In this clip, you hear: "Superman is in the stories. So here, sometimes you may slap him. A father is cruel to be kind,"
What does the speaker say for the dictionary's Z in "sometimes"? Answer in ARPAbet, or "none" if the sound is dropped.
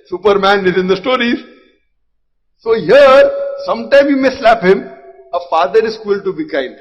none